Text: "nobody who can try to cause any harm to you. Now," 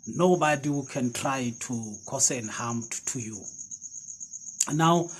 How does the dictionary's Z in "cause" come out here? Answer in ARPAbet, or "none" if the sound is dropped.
S